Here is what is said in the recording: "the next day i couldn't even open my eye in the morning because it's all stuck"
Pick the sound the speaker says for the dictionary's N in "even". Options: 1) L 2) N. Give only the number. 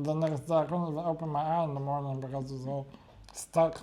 1